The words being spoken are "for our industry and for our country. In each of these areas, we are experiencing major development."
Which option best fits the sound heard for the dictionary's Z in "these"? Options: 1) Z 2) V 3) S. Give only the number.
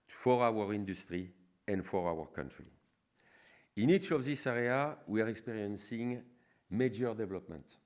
3